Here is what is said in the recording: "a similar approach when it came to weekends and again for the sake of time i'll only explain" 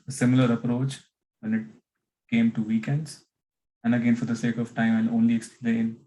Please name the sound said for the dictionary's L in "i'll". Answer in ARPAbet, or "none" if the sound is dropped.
N